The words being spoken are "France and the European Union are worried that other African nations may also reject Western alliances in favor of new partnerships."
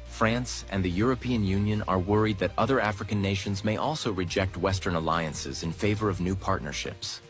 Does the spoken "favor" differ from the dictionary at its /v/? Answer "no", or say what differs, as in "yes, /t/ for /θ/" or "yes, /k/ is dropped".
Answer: no